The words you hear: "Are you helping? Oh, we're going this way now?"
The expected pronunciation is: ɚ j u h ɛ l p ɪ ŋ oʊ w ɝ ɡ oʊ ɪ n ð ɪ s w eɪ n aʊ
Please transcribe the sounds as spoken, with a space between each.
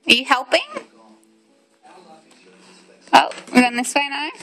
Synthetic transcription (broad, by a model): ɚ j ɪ h ɛ l p ɪ ŋ oʊ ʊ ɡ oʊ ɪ n ð ɪ s w eɪ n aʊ